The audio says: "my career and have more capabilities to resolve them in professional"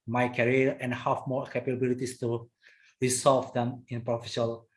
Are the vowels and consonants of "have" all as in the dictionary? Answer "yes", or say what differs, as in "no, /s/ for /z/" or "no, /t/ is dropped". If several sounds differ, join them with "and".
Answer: no, /f/ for /v/